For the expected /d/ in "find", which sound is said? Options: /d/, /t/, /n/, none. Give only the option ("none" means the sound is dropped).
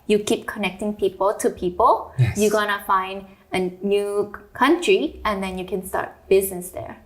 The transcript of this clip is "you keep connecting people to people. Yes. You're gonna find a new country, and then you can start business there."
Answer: /d/